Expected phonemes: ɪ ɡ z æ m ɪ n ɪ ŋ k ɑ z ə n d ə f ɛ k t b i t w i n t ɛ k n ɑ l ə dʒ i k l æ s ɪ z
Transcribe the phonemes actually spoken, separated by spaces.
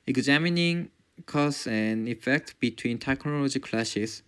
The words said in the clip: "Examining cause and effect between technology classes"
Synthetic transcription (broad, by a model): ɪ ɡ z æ m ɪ n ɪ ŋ k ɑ s ə n d ə f ɛ k t b i t w i n t ɛ k n ɑ l ə dʒ i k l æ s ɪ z